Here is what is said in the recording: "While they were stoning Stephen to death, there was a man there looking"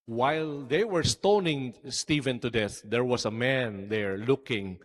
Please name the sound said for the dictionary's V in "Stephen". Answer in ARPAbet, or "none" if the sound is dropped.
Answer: V